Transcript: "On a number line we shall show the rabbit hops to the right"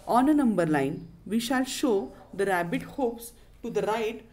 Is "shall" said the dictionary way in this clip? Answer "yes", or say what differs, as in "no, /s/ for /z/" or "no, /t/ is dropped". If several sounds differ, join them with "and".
yes